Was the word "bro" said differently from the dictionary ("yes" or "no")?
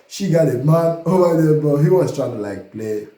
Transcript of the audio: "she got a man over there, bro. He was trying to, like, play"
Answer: yes